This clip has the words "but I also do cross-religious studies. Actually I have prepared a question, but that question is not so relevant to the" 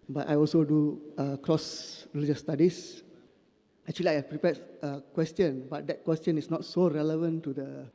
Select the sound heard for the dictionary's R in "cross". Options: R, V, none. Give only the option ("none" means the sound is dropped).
R